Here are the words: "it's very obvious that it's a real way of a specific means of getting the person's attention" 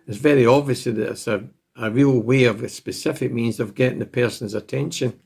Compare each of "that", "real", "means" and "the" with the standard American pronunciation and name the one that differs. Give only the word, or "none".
none